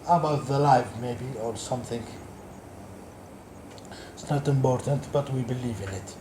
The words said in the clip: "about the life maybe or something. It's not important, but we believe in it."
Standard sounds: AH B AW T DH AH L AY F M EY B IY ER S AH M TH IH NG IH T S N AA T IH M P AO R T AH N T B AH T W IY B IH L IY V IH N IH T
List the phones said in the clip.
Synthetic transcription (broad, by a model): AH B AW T DH AH L AY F M EY B IY ER S AH M TH IH NG IH T S N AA T IH M P AO R T AH N T B AH T W IY B IH L IY V IH N IH T